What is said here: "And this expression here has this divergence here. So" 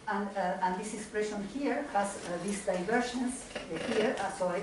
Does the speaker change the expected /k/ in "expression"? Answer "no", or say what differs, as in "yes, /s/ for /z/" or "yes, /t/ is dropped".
no